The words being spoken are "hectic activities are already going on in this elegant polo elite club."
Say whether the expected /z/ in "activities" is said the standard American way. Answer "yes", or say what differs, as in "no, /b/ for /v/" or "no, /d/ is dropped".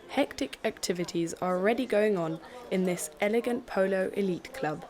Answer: yes